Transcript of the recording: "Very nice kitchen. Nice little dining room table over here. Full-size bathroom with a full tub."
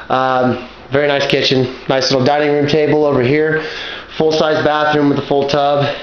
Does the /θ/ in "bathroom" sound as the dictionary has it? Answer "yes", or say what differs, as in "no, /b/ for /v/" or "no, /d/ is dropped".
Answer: yes